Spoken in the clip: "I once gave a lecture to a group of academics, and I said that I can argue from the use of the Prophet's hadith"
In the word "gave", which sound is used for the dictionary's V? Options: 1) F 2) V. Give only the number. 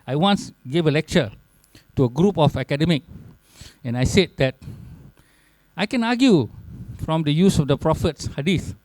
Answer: 2